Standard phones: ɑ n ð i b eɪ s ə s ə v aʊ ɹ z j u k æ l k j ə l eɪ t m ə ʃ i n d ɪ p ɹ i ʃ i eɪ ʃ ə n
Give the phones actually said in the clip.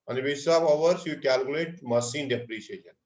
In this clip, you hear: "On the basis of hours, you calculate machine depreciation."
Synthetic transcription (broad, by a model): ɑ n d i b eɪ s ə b ə v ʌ ɹ s j u k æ l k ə l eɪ t m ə s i n d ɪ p ɹ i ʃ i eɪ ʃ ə n